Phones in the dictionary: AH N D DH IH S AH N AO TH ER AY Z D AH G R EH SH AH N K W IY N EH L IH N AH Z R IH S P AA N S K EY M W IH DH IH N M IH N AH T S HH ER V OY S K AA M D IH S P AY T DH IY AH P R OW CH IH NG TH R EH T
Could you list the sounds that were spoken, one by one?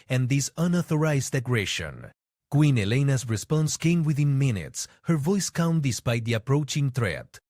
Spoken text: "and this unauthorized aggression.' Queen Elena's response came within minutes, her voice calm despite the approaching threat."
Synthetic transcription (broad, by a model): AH N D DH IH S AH N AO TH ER AY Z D AH G R EH SH AH N K W IY N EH L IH N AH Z R IH S P AA N S K EY M W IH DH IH N M IH N AH T S HH ER V OY S K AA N D IH S P AY T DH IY AH P R OW CH IH NG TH R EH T